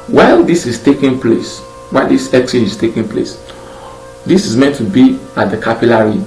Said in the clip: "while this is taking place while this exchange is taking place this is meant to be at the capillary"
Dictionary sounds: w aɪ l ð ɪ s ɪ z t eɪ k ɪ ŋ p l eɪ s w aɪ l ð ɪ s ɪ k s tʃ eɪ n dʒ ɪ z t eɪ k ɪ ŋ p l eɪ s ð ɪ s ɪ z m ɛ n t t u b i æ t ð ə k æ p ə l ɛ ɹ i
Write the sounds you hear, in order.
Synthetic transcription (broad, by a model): w aɪ l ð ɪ s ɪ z t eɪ k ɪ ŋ p l eɪ s w aɪ l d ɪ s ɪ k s eɪ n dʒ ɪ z t eɪ k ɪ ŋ p l eɪ s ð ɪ s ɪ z m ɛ n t t u b i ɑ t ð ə k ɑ p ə l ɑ ɹ i